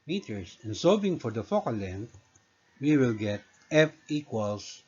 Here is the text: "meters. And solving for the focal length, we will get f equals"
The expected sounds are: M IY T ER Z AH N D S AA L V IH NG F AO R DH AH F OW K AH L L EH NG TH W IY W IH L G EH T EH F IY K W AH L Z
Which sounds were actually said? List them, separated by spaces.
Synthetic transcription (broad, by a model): M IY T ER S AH N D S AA V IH NG F AO R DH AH F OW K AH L L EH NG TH W IY W IH L G EH T EH F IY K W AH L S